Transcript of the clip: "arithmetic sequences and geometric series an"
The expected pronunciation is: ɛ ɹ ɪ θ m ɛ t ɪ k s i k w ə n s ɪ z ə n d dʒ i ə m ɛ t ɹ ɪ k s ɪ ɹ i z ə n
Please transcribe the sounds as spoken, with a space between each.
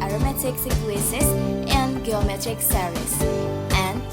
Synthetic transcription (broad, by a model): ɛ ɹ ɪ m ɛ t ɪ k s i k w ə s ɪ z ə n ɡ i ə m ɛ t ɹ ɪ k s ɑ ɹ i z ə n